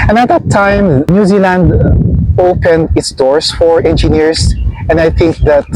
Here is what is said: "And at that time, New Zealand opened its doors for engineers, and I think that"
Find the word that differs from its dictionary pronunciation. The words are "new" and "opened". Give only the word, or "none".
none